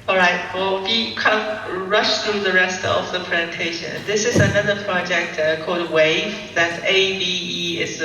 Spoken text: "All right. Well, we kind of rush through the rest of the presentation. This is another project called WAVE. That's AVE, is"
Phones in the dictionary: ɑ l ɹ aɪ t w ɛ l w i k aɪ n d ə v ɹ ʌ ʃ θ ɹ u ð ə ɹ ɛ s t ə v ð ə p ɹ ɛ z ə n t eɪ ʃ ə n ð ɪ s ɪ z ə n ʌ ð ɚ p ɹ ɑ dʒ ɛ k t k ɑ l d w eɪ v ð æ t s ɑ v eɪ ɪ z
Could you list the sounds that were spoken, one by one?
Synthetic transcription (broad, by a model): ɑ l ɹ aɪ t w ɛ l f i k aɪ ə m ɹ ʌ ʃ θ ɹ u ð ə ɹ ɛ s t ə v ð ə p ɹ ɛ z ə n t eɪ ʃ ə n ð ɪ s ɪ z ə n ʌ ð ɚ p ɹ ɑ dʒ ɛ k t k ɑ l d w eɪ v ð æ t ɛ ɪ b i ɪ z